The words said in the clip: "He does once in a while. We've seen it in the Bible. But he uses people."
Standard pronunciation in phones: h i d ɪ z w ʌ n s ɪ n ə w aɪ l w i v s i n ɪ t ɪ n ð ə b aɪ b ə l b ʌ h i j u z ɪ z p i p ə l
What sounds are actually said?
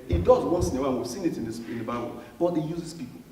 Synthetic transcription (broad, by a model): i d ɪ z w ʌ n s ɪ n ə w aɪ n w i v s i n ɪ t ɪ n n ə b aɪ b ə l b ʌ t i j u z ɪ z p i p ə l